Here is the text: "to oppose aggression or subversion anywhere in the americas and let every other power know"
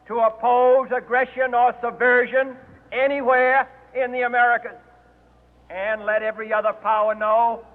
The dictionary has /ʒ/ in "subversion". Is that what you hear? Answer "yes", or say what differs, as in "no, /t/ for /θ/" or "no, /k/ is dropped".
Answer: yes